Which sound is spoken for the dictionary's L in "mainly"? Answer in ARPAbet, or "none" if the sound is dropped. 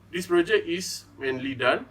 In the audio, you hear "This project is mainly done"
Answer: L